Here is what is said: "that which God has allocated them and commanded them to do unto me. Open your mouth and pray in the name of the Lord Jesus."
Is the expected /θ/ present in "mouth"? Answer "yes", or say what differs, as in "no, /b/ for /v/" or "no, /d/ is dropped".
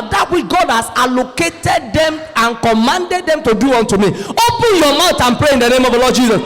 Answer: no, /t/ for /θ/